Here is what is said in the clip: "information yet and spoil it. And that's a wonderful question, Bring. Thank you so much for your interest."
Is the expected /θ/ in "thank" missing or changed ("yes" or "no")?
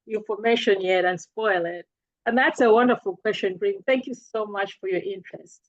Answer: no